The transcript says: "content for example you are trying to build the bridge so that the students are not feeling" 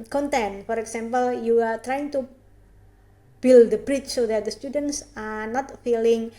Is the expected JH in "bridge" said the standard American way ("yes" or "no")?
no